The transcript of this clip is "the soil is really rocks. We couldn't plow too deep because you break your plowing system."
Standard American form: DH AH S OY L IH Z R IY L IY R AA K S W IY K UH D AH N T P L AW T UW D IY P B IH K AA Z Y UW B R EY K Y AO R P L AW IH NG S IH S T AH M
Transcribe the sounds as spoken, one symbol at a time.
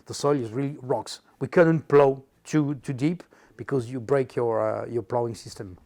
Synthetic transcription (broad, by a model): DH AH S OY L IH Z R IY L IY R AA K S W IY K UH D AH N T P L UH T UW D IY P B IH K AA Z Y UW B R EY K Y AO R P L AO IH NG S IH S T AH M